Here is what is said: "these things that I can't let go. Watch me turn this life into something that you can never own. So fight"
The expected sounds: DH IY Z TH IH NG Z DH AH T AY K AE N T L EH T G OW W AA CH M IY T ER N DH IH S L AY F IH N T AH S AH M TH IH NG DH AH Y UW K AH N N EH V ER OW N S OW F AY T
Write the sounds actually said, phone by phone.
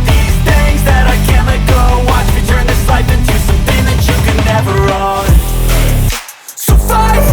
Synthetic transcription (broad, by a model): DH IY Z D IH Z DH AH T AY K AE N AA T G OW W AA CH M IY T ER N DH IH S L AY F IH N T AH S AH M TH IH NG DH AH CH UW K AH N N EH V ER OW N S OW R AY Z